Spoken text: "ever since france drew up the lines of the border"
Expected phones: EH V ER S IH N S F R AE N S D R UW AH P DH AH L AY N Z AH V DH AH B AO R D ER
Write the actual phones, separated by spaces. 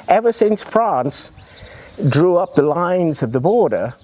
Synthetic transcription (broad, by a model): EH V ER S IH N S F R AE N S D R UW AH P DH AH L AY N Z AH V DH AH B AO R D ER